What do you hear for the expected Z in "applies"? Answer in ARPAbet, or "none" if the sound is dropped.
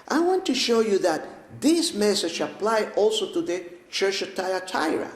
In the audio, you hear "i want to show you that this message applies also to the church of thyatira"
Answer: none